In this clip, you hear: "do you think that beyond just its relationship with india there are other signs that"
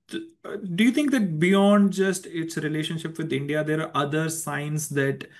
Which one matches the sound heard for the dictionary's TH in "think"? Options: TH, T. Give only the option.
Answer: T